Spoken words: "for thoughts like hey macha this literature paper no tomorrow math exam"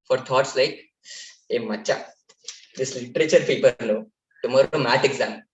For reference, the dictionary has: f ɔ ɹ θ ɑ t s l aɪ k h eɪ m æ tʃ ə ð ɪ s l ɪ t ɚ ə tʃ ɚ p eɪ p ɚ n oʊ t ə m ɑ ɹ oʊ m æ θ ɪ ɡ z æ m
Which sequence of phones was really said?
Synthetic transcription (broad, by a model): f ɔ ɹ t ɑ t s l aɪ k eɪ m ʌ tʃ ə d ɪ s l ɪ t ɚ ə tʃ ɚ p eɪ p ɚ n oʊ t ə m ɑ ɹ oʊ m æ t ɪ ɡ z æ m